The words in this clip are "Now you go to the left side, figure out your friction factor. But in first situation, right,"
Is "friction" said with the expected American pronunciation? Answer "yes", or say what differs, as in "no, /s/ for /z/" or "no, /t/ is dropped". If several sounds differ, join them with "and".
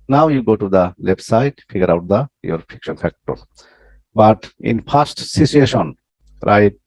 no, /ɹ/ is dropped